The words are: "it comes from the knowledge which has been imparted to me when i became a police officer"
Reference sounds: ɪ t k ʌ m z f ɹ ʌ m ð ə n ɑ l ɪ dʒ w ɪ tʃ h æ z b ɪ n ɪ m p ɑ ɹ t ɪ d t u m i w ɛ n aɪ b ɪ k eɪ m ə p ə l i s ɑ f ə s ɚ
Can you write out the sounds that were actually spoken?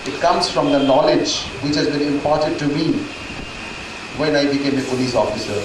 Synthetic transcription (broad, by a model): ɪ t k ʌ m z f ɹ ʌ m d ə n ɑ l ɪ dʒ w ɪ tʃ h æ z b ɪ n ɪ m p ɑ ɹ t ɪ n t u m i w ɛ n aɪ b ɪ k eɪ m ə p ə l i s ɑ f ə s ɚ